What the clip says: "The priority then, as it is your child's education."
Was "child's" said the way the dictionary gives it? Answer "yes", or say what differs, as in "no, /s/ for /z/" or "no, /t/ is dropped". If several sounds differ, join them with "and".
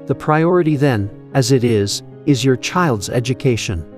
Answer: yes